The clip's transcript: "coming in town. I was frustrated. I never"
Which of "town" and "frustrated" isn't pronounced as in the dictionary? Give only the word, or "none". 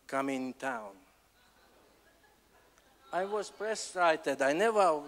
frustrated